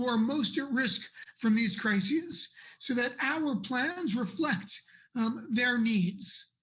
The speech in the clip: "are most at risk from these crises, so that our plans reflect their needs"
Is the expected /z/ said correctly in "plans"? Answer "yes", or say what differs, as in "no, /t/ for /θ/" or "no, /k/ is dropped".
yes